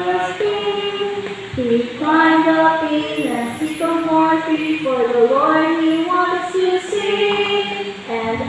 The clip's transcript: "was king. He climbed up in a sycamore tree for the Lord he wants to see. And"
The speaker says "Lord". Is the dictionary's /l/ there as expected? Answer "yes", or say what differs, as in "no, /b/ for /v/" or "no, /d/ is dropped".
no, /w/ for /l/